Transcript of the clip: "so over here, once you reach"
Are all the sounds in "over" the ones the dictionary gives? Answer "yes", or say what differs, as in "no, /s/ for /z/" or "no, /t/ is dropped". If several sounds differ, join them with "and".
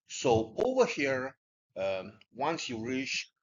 yes